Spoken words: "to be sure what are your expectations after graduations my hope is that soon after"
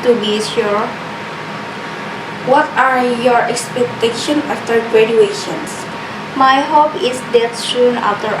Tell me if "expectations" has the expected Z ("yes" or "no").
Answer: no